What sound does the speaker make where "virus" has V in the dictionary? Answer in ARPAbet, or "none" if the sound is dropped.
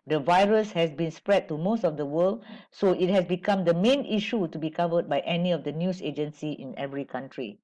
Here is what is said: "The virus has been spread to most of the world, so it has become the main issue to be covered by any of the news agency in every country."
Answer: V